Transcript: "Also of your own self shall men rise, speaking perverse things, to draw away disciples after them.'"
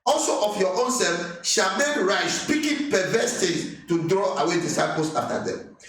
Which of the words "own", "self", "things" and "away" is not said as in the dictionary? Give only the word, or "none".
things